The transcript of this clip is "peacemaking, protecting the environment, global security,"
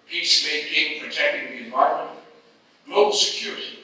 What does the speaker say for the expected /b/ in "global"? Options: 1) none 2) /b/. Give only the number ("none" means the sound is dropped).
1